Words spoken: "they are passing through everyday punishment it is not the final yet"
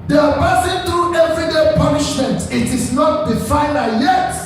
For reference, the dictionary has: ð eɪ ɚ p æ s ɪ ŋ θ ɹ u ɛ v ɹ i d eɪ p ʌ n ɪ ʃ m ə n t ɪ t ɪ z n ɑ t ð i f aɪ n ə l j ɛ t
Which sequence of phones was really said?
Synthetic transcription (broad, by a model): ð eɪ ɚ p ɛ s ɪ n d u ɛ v ɹ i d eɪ p ʌ n ɪ ʃ m ə n t ɪ t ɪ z n ɑ t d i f aɪ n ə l j ɛ t